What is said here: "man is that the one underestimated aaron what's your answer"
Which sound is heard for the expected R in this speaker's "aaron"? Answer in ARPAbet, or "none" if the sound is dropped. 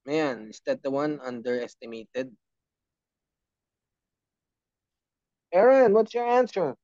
R